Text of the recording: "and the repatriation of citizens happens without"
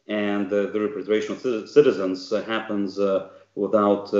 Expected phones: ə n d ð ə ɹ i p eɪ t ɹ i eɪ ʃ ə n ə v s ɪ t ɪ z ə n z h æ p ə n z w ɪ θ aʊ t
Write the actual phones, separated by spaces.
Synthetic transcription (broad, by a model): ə n ð ə ɹ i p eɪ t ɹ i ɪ ʃ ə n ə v s ɪ t ɪ z ə n z h æ p ə n z w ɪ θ aʊ t